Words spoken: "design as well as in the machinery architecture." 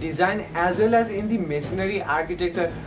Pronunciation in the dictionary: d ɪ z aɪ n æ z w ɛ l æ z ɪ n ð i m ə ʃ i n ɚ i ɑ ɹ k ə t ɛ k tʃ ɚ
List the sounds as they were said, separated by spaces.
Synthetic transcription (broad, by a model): d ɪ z aɪ n æ z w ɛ l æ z ɪ n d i m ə s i n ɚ i ɑ ɹ k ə t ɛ k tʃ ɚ